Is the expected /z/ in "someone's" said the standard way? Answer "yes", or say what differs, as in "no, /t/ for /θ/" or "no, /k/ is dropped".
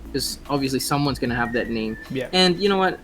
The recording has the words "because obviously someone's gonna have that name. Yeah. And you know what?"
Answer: yes